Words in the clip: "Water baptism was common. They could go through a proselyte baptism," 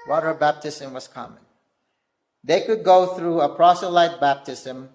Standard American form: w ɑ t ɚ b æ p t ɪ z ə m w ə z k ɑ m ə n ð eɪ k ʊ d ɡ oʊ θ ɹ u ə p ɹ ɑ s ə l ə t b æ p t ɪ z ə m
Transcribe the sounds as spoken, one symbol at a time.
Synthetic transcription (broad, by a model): w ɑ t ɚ b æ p t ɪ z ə m w ə z k ɑ m ə n ð eɪ k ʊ d ɡ oʊ θ ɹ u ə p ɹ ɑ s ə l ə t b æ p t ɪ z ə m